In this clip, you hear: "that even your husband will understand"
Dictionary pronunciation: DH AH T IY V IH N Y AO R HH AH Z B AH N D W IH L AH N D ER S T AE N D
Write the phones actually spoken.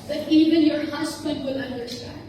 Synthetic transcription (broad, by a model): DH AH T IY V IH N Y AO R HH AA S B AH D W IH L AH N D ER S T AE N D